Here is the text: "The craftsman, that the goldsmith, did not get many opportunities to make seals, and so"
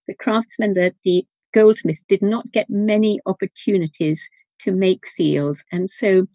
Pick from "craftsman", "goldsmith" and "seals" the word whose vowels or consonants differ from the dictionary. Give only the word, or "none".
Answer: none